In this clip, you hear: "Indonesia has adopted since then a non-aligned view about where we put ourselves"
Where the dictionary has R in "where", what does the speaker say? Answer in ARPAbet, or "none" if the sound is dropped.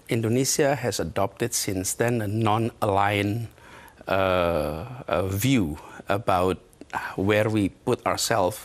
R